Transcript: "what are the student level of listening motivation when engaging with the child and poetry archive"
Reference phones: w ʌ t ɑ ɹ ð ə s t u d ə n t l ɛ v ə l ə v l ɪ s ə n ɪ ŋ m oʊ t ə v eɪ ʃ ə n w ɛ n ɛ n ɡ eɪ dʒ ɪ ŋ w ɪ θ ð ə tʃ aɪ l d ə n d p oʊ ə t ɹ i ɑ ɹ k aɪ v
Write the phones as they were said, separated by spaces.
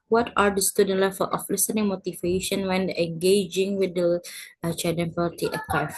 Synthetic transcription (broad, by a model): w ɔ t ɑ ɹ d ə s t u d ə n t l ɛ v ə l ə f l ɪ s ə n ɪ ŋ m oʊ t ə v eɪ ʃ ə n w ɛ n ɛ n ɡ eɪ dʒ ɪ ŋ w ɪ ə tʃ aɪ d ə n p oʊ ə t i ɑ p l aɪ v